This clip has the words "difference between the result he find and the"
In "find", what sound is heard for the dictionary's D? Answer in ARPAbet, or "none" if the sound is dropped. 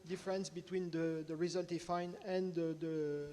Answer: none